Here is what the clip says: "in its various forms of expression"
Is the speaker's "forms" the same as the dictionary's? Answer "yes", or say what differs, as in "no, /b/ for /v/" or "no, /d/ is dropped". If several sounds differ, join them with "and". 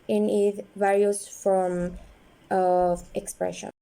no, /z/ is dropped